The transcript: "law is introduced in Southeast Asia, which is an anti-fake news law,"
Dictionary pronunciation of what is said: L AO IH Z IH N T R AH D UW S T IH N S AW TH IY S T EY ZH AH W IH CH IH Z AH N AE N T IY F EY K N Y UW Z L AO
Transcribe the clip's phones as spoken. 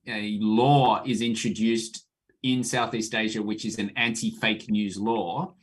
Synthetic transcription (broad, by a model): L AO IH Z IH N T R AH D UW S T IH N S AW TH IY S T EY ZH AH W IH CH IH Z AH N AE N T IY F EY K N Y UW Z L AO